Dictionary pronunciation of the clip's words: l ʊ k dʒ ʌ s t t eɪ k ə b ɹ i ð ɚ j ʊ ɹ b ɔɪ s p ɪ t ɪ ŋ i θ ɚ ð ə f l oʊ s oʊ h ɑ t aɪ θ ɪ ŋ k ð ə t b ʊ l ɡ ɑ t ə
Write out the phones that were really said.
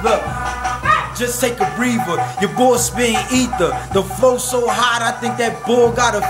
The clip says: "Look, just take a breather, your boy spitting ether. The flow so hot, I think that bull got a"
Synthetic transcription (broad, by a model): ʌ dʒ ʌ s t t eɪ k ə b ɹ i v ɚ j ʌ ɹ b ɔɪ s b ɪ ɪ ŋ i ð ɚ ð ə f l oʊ s oʊ h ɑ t aɪ θ ɪ ŋ k ð ə t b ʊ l ɡ ɑ t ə